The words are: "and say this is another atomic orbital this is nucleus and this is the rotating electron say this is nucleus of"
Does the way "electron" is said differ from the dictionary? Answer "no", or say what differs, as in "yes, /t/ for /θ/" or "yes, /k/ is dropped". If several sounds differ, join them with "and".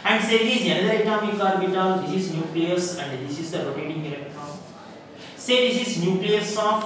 yes, /ɹ/ is dropped